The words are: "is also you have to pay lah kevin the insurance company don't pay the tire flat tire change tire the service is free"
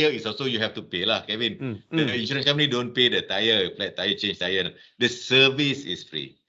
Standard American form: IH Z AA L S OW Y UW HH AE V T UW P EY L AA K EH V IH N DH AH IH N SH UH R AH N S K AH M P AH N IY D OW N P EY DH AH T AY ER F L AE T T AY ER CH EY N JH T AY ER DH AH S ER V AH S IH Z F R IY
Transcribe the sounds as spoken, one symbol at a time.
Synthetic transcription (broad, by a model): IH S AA S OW Y UW HH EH F T UW P EY L AA K EH V IH N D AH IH N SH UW R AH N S K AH M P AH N IY D OW N P EY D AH T AY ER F L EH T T AY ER CH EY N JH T AY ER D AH S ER V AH S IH S F R IY